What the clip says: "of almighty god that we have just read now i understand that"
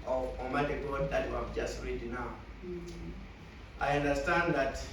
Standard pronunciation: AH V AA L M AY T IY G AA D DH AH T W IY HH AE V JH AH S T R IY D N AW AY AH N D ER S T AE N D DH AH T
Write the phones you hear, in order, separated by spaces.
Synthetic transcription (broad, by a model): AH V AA M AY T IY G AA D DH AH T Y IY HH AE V JH AH S T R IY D N AW AY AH N D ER S T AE N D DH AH T